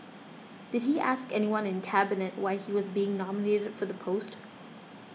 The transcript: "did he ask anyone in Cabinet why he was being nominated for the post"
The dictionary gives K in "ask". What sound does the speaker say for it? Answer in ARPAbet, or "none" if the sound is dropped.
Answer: K